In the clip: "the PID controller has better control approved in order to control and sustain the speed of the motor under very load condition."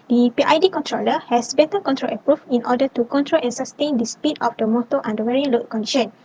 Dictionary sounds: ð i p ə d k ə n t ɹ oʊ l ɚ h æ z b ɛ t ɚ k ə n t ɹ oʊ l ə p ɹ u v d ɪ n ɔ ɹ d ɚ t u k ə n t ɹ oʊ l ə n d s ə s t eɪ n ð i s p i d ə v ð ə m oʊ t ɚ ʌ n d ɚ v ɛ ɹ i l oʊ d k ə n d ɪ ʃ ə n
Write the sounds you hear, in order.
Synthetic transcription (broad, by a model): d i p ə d k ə n t ɹ oʊ l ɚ h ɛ s b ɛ t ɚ k ə n t ɹ oʊ l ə p ɹ u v ɪ n ɔ d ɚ t u k ə n t ɹ oʊ l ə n s ə s t eɪ n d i s p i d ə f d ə m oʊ t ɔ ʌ n d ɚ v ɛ ɹ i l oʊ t k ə n d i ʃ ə n